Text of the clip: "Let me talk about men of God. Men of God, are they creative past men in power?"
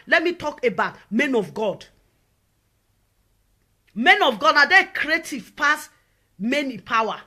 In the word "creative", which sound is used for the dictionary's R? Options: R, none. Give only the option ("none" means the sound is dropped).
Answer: R